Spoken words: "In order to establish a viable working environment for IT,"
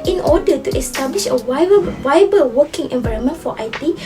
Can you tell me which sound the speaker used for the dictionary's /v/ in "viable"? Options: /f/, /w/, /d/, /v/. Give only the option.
/w/